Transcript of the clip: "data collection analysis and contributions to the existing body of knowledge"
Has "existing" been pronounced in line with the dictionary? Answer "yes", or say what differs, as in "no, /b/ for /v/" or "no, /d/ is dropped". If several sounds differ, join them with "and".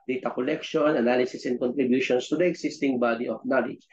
no, /s/ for /z/